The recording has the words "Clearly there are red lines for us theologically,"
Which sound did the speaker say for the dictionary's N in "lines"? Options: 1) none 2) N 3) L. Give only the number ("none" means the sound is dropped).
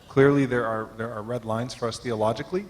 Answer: 2